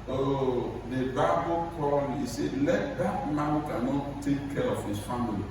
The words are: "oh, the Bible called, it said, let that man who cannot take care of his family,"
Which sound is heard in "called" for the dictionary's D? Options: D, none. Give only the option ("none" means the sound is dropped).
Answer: none